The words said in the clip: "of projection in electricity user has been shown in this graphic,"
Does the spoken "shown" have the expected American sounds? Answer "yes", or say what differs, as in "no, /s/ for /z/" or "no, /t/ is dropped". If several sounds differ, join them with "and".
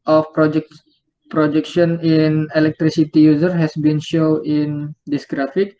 no, /n/ is dropped